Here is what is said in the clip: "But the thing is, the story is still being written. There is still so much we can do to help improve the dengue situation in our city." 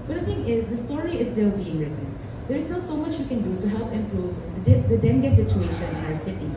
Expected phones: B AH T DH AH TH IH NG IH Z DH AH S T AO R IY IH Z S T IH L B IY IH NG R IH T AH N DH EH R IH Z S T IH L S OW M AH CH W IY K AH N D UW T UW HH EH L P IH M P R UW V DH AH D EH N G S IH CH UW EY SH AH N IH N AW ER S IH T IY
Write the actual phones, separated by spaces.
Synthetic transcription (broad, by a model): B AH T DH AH T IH NG IH Z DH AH S T AO R IY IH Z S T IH L B IY IH NG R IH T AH N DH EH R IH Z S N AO S OW M AH CH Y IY K AH N D UW T UW HH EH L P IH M P R UW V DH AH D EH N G S IH CH UW EY SH AH N IH N AW ER S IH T IY